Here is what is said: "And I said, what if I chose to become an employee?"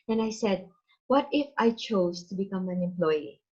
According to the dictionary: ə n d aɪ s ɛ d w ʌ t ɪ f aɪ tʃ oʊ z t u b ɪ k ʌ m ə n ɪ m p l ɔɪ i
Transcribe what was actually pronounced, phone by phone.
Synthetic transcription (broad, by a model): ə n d aɪ s ɛ d w ʌ t ɪ f aɪ tʃ oʊ s t u b ɪ k ʌ m ə n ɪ m p l ɔɪ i